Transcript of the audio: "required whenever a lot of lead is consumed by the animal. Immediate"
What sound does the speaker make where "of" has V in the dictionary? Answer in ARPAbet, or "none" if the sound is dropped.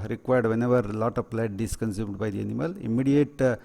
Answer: P